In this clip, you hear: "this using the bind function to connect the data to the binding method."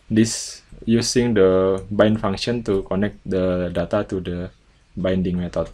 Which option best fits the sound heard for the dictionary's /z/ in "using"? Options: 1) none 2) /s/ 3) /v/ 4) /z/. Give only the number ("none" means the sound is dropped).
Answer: 2